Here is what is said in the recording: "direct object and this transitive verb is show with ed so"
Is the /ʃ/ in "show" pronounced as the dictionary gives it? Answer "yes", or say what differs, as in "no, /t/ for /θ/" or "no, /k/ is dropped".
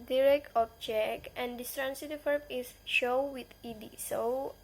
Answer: yes